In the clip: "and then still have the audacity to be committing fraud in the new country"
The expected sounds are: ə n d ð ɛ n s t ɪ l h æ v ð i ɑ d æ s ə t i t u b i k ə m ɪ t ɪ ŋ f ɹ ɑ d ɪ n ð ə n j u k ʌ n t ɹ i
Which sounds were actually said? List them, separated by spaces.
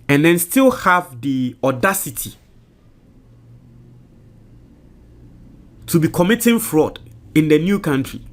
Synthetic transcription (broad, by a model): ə n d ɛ n s t ɪ l h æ v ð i ɑ d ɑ s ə t i t u b i k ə m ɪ t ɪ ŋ f ɹ ɑ d ɪ n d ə n j u k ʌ n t ɹ i